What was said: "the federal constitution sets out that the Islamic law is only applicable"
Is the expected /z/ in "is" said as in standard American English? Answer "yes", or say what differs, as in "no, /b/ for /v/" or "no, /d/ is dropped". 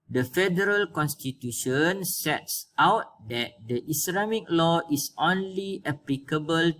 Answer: no, /s/ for /z/